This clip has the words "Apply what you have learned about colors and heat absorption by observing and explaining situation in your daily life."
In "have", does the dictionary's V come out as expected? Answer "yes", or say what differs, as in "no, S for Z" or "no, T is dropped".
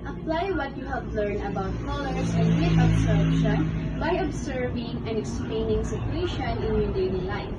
no, P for V